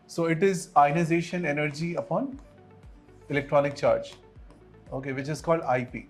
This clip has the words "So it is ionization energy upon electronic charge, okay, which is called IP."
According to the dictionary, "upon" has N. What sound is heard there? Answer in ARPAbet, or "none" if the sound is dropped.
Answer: N